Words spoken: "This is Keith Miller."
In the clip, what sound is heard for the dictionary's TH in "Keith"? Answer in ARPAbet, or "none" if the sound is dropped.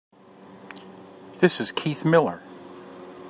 TH